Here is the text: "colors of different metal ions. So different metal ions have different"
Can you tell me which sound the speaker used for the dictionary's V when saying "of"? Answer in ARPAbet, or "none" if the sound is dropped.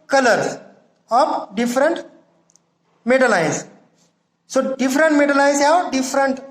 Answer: P